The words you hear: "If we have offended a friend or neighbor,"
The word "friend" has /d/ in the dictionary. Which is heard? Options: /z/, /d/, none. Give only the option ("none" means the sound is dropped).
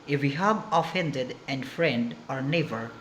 /d/